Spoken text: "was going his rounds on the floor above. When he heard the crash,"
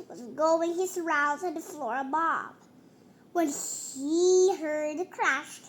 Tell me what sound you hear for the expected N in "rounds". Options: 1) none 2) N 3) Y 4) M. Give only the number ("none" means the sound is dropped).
1